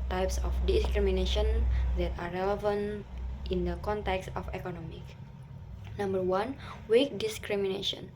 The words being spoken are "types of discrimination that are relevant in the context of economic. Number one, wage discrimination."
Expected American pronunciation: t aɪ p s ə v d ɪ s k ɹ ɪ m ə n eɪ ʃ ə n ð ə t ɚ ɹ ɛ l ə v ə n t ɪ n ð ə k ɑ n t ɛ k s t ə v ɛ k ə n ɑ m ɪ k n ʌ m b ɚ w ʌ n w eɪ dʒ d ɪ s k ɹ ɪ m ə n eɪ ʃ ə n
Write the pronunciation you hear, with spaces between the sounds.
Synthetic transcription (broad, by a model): t aɪ p s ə f d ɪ s k ɹ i m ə n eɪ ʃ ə n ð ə t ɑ ɹ ɛ l ə v ə n t ɪ n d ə k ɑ n t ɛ k s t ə f ɛ k ə n ɑ m ɪ k n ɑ m b ɚ w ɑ n w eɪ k d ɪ s k ɹ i m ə n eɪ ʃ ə n